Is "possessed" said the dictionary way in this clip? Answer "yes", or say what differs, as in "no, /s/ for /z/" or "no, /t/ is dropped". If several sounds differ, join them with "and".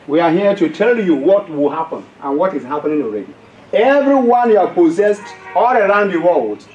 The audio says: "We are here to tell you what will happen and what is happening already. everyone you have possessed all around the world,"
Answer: yes